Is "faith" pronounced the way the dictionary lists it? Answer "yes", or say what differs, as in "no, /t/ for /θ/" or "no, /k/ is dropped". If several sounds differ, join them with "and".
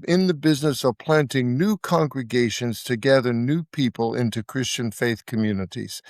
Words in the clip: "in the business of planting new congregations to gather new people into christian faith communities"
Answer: yes